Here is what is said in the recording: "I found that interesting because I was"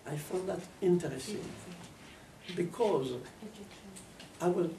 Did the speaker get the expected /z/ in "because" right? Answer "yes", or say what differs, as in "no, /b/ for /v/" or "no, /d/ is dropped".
yes